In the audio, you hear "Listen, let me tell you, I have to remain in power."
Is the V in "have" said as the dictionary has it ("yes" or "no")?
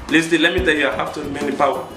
no